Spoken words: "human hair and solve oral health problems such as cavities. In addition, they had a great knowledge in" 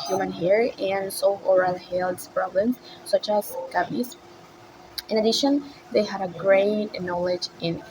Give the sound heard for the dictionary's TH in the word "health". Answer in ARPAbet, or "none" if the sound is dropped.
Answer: S